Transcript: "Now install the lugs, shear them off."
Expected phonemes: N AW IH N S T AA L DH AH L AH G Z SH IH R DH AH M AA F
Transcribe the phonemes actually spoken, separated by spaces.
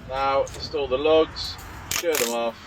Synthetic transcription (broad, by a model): N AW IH S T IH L DH AH L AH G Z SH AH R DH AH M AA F